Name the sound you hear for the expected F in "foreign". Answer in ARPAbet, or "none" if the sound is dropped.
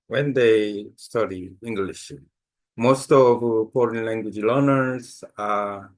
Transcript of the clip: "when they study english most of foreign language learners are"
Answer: P